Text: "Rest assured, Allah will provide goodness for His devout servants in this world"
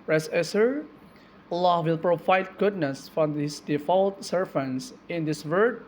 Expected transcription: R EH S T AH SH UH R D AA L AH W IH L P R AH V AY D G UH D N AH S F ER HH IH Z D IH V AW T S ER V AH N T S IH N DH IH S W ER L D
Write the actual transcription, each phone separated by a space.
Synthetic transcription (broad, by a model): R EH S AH S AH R AA L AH W IH L P R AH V AY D G UH D N AH S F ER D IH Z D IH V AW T S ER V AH N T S IH N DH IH S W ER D